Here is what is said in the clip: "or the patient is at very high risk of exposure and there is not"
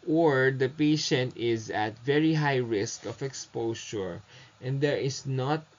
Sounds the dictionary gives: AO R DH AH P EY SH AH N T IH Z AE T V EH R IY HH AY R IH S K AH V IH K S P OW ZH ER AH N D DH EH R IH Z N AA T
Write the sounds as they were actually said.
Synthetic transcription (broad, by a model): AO R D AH P EY SH AH N T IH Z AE T V EH R IY HH AY R IH S K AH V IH K S P OW SH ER AH N D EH R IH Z N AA T